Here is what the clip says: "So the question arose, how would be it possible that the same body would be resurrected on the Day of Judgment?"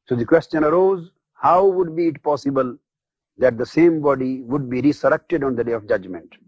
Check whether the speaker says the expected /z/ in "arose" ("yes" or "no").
yes